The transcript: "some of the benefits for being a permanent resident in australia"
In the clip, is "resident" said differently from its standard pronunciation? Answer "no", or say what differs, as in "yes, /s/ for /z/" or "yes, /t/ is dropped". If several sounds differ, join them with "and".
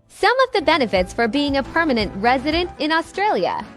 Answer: no